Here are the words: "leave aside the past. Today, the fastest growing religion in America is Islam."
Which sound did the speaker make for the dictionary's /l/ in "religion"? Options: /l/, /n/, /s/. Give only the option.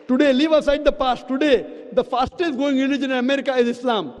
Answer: /n/